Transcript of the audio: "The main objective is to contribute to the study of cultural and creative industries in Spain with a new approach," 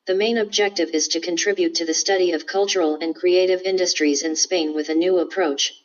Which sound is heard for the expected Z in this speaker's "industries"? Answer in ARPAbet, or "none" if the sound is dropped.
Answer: Z